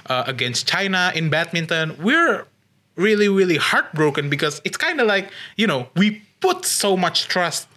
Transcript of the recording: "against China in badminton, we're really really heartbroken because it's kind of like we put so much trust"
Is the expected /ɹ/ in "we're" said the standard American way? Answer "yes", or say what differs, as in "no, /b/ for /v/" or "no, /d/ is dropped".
yes